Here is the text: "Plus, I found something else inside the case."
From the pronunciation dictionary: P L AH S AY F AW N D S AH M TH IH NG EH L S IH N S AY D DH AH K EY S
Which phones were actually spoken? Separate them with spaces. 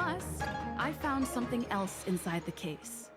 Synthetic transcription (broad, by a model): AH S AY F AW N D S AH M TH IH NG EH L S IH N S AY D DH AH K EY S